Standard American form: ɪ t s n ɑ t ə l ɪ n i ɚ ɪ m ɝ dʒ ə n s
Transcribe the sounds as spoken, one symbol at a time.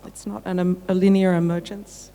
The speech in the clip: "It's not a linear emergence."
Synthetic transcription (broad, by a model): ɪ t s n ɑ t ə l ɪ n i ɚ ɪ m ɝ dʒ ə n s